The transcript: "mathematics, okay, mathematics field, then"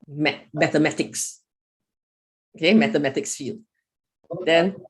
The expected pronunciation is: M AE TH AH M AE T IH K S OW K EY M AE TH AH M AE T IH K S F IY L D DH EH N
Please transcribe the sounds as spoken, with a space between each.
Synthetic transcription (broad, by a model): M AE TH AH M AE T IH K S OW K EY M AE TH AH M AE T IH K S F IY L D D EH N